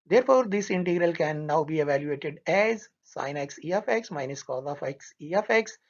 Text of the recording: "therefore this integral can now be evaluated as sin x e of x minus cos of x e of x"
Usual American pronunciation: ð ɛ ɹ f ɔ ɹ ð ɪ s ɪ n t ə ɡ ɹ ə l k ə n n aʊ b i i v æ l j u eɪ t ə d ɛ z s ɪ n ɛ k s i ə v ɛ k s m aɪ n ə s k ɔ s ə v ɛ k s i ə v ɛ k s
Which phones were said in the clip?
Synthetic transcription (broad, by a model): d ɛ ɹ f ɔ ɹ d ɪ s ɪ n t ə ɡ ɹ ə l k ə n n aʊ b i i v æ l j u eɪ t ə d ɛ z s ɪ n ɛ k s i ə f ɛ k s m aɪ n ə s k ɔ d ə f ɛ k s i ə f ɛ k s